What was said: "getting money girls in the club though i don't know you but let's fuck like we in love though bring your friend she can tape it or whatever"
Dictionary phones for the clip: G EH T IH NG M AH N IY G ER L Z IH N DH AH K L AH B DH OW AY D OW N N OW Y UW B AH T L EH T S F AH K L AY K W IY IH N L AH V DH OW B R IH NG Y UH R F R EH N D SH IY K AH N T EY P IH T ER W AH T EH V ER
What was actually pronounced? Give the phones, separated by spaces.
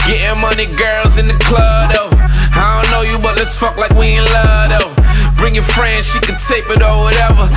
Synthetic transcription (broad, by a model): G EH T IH M AH N IY G ER L Z IH N DH AH K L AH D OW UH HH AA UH N OW Y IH B AH T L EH T S F AH K L AY K W IY IH N L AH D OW B R IH NG Y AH R F R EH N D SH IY K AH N T EY P IH T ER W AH T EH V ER